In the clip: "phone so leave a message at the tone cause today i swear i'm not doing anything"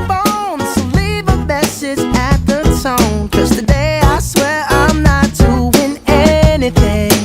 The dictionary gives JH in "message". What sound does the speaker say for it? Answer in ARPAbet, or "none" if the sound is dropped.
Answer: Z